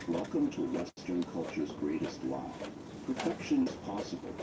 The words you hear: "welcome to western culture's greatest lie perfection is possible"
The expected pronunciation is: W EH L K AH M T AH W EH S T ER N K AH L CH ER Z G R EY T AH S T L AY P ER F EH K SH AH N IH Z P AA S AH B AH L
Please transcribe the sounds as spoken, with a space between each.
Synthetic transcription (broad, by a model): W EH L K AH M T AH W EH S T ER N K AH L CH ER Z G R EY T AH S T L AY P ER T EH K SH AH N IH Z P AA S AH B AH L